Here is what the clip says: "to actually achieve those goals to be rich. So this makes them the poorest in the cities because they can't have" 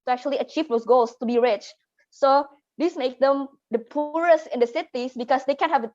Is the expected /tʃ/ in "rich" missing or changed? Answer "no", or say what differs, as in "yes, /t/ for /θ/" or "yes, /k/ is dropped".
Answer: no